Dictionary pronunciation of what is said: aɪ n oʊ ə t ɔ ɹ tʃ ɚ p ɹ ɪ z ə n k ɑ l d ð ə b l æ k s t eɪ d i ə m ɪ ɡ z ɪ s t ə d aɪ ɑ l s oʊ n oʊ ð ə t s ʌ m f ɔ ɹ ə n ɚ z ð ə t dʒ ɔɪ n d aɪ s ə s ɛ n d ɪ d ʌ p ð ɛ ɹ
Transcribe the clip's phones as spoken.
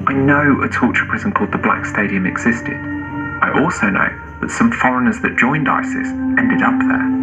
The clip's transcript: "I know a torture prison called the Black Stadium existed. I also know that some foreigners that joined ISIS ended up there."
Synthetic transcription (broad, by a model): aɪ n oʊ ə t ɔ tʃ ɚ p ɹ ɪ z ə n k ɑ l d ð ə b l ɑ k s t eɪ d i ə m ɪ ɡ z ɪ s t ə d aɪ ɑ l s oʊ n oʊ ð ə t s ʌ m f ɔ ɹ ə n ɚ z ð ə t dʒ ɔɪ n d aɪ s ə s ɛ n d ɪ d ʌ p ð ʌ